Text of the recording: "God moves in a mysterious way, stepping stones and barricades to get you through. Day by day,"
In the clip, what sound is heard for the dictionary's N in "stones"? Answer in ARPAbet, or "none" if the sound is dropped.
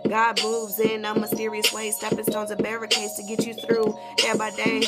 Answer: none